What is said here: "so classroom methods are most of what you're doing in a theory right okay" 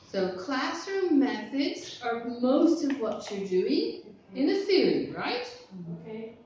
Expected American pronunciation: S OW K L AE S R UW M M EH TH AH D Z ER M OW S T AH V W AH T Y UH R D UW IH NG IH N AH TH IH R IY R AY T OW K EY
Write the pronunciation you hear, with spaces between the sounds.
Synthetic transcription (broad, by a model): S OW K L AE S R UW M M EH TH AH D Z ER M OW S T AH V W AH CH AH R D UW IH NG IH N AH F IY L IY R AY T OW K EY